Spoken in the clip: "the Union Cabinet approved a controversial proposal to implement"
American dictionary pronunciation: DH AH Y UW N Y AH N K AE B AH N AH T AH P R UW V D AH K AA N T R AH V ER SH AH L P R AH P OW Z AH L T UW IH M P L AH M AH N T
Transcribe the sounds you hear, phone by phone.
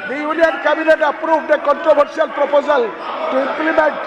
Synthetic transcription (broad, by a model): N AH Y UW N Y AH N K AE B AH N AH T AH P R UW B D AH K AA N T R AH B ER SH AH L P R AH P OW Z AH L T UW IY M P L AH M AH N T